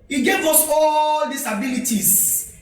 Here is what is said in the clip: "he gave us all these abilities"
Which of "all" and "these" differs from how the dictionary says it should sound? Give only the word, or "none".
these